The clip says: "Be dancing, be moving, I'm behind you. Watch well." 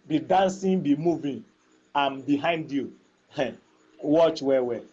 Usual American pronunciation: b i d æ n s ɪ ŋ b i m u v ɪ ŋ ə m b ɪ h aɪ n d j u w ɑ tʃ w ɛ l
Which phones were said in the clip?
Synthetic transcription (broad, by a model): b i d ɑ n s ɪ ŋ b i m u v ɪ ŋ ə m b ɪ h aɪ n d j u w ɑ tʃ w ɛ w